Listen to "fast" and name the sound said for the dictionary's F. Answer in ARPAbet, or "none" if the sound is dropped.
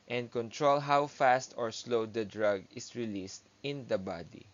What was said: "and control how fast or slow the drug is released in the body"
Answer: F